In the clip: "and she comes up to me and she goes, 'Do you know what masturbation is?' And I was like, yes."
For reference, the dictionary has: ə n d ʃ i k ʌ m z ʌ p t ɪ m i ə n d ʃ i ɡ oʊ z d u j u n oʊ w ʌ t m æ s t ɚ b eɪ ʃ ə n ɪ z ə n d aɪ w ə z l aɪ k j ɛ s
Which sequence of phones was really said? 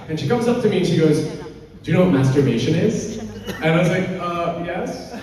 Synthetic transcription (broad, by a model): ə n ʃ i k ʌ m z ʌ p t ɪ m i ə n ʃ i ɡ oʊ z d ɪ n oʊ w ʌ t m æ s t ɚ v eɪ ʃ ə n ɪ z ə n aɪ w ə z l aɪ k j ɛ s